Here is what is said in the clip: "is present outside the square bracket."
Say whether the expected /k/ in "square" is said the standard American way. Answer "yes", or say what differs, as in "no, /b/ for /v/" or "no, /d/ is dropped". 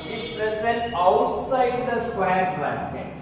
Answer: yes